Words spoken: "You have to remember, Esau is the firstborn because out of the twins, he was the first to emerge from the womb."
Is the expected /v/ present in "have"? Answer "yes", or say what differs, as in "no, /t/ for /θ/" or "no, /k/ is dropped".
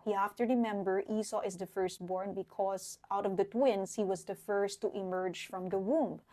no, /f/ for /v/